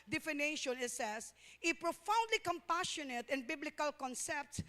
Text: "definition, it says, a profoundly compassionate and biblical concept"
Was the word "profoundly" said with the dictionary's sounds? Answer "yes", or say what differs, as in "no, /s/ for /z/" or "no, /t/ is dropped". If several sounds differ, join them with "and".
yes